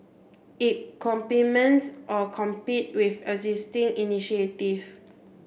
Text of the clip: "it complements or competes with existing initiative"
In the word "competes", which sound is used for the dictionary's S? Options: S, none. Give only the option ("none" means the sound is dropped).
none